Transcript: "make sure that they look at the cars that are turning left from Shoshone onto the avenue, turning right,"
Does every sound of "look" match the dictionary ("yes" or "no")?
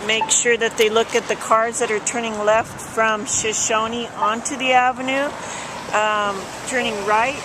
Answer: yes